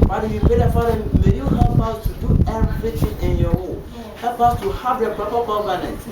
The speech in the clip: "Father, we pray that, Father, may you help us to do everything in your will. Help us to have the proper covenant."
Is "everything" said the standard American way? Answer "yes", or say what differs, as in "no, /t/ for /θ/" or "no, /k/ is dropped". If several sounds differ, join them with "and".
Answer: no, /t/ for /θ/